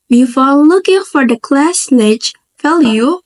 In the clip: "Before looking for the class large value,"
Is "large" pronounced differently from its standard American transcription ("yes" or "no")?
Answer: yes